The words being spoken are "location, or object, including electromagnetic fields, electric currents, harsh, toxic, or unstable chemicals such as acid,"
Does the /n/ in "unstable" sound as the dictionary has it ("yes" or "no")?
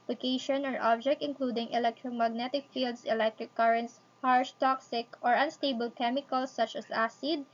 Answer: yes